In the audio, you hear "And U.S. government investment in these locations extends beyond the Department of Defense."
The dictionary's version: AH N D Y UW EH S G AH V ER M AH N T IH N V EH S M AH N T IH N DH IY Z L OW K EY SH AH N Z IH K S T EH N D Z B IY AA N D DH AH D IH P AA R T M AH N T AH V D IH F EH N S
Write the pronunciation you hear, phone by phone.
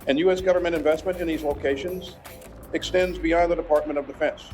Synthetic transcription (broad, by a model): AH N Y UW EH S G AH V ER M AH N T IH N V EH S M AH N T IH N DH IY Z L OW K EY SH AH N Z IH K S T EH N D Z B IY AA N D DH AH D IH P AA R T M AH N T AH V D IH F EH N S